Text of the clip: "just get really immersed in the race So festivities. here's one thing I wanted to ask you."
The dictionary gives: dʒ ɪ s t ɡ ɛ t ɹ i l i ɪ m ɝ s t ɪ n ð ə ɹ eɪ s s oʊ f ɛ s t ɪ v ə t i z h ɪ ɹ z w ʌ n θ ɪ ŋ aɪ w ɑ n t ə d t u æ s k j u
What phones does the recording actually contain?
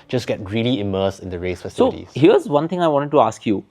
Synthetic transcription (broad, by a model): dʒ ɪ s ɡ ɛ t ɹ i l i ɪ m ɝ s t ɪ n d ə ɹ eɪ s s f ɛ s s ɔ ə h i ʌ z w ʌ n t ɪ ŋ aɪ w ɑ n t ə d t u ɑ s k j u